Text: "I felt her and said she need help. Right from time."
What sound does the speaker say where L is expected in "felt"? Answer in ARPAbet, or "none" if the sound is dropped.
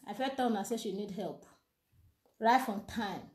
none